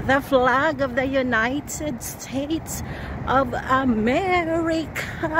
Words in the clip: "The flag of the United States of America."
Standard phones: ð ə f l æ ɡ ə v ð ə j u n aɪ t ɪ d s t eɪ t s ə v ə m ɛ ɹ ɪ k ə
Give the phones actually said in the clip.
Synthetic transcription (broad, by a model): ð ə f l æ ɡ ə v ð ə j u n aɪ t ɪ d s t eɪ t s ə v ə m ɛ ɹ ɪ k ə